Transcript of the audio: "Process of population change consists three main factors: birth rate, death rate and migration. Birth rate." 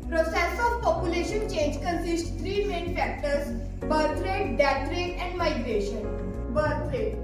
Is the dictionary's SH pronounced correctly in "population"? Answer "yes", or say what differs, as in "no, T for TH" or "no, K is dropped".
yes